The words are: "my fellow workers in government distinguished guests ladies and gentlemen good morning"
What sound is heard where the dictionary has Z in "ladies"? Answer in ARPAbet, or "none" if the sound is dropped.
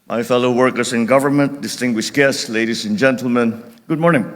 S